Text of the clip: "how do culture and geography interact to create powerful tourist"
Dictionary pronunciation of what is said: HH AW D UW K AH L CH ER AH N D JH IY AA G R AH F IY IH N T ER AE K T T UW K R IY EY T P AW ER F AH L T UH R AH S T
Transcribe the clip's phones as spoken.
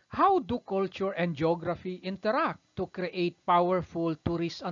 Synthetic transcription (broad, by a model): HH AW D UW K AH L CH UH AH N D JH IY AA G R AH F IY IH N T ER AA K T T UW K R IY EY T P AW ER F AH L T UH R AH S